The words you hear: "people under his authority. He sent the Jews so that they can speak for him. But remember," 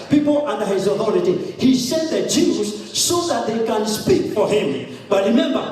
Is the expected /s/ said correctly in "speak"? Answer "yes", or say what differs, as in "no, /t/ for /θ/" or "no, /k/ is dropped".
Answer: yes